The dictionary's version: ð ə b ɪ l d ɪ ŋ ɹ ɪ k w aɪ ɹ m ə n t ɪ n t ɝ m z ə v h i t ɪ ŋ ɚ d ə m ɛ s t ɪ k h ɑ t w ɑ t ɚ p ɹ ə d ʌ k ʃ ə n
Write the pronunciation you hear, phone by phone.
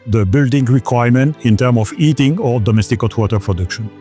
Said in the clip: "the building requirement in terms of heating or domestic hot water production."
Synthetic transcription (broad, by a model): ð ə b ɪ l d ɪ ŋ ɹ ɪ k w aɪ ɹ m ə n t ɪ n t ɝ m ə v i t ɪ ŋ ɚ d ə m ɛ s t ɪ k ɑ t w ɑ t ɚ p ɹ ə d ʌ k ʃ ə n